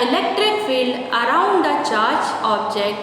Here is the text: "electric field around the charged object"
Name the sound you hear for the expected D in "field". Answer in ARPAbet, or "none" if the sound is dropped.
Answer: D